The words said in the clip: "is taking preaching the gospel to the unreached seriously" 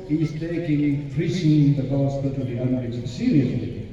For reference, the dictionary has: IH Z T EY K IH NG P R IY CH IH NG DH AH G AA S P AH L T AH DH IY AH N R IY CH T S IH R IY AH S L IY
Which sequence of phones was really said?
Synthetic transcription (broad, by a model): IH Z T EY K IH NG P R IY S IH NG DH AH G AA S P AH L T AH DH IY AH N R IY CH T S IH R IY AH S L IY